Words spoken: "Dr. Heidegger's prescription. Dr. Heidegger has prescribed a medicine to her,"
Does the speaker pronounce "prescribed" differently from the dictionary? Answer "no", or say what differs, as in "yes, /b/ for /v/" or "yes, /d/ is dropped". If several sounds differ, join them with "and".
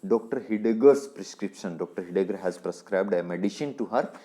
no